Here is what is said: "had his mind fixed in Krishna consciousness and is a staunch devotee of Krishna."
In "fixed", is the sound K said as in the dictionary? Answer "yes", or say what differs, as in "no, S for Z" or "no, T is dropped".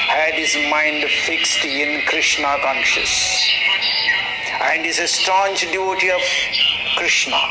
yes